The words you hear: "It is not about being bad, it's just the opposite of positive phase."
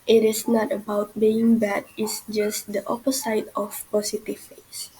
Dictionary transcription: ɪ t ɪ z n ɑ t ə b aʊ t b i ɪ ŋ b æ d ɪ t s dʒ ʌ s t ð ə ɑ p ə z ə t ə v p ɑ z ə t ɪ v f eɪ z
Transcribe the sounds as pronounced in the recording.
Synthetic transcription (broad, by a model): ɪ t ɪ s n ɑ t ə b aʊ t b i ɪ ŋ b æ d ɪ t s dʒ ʌ s t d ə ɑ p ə s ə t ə f p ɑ s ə t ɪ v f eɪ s